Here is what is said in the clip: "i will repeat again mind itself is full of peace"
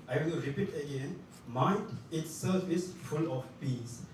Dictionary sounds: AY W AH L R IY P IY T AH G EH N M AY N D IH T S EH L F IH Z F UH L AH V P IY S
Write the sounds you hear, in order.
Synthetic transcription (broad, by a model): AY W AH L R IY P IY T AH G EH N M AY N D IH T S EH F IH S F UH L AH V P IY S